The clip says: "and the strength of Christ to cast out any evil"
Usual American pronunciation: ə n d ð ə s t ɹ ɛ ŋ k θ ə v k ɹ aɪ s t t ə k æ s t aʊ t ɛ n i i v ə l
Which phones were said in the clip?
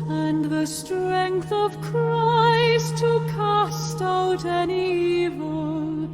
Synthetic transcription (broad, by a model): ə n ð ə s t ɹ ɛ ŋ k θ ə v k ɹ aɪ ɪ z t ə k æ s t aʊ t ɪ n i i v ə l